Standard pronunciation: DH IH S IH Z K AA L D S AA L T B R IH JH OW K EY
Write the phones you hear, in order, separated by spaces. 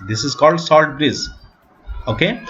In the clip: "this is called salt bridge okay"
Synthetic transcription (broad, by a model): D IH S IH Z K AA L D S AA L T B R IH Z OW K EY